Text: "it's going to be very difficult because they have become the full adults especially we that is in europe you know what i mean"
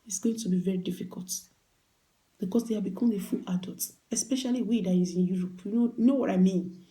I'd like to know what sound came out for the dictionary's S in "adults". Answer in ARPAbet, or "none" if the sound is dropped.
none